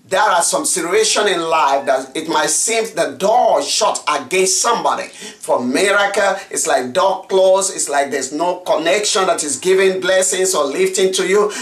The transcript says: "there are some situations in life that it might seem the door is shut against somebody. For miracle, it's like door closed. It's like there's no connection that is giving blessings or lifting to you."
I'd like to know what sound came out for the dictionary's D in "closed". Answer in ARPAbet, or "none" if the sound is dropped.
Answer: none